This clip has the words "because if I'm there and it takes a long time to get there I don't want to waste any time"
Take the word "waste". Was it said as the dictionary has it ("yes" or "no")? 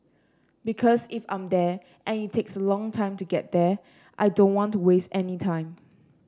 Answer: yes